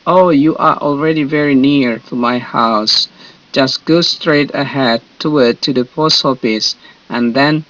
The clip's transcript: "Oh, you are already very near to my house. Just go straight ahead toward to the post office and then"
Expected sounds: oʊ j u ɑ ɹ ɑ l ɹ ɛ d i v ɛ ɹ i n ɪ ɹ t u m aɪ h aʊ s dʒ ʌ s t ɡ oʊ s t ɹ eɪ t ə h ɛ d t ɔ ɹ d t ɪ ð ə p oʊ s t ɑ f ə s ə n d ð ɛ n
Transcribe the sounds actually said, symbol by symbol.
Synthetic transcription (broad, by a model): oʊ j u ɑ ɹ ɑ l ɹ ɛ d i v ɛ ɹ i n ɪ ɹ t u m aɪ h aʊ s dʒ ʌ s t ɡ oʊ s t ɹ eɪ t ə h ɛ d t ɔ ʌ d t ɪ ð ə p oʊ s ɑ p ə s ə n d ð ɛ n